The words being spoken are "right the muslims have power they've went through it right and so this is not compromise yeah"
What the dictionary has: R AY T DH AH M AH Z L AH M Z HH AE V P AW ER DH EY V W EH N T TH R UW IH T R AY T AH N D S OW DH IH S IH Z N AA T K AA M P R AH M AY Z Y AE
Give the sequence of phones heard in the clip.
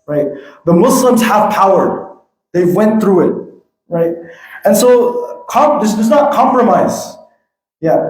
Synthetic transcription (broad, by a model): R AY T DH AH M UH S L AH M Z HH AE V P AW ER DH EY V W EH N TH R UW IH T R AY T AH N S OW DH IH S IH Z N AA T K AA M P R AH M AY Z Y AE